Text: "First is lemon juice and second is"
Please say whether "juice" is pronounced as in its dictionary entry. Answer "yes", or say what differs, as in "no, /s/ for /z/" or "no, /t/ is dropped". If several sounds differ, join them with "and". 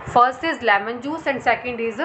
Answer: yes